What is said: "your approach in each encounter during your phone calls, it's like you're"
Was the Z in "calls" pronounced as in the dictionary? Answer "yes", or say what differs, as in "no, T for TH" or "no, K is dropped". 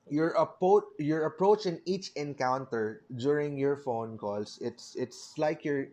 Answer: no, S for Z